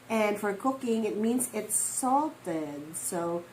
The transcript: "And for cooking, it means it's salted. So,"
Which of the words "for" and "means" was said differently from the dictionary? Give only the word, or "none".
none